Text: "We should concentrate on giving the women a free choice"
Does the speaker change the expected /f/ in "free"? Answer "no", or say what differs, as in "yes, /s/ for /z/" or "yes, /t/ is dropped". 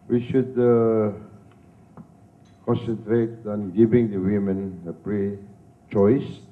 yes, /p/ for /f/